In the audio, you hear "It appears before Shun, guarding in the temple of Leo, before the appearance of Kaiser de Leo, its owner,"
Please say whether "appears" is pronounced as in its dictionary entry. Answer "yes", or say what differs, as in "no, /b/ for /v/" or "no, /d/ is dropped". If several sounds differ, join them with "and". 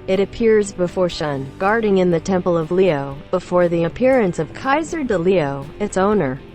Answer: yes